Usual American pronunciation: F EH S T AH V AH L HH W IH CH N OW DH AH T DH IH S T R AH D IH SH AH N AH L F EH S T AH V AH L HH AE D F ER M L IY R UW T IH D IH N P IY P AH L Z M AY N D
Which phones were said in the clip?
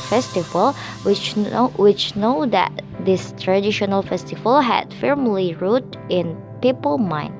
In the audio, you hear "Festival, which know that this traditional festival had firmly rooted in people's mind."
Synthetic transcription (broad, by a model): F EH S T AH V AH L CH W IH CH N OW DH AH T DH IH S T R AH D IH SH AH N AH L F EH S T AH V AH L HH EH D F ER M L IY R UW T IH IH N P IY P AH L M AY N